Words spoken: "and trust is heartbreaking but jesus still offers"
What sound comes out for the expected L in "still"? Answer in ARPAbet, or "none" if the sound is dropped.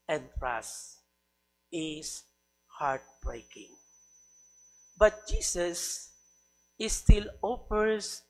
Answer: L